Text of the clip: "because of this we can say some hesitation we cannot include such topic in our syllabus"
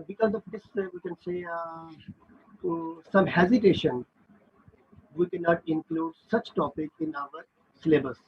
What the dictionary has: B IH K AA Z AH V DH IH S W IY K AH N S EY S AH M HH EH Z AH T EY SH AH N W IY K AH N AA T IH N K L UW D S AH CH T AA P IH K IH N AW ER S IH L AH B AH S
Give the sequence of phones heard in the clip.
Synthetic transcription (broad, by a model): B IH K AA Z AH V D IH S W IY K AH N S EY S AH M HH EH Z AH T EY SH AH N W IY K AH N AA T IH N K L UW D S AH CH T AA P IH K IH N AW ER S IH L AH B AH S